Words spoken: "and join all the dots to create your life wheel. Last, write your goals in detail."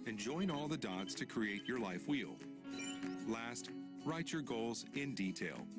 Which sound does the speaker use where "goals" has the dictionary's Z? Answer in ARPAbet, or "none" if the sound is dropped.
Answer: Z